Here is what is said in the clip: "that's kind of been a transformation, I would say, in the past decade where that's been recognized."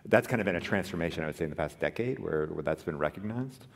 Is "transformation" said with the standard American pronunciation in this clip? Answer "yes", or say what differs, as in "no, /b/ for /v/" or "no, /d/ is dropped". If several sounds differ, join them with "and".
yes